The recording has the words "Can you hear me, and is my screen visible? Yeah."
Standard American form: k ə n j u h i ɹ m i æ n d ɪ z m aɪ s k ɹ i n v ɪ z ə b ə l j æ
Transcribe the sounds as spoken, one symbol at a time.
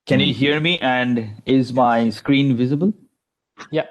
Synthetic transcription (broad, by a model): k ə n j u h i ɹ m i æ n d ɪ z m aɪ s k ɹ i n v ɪ z ə b ə l j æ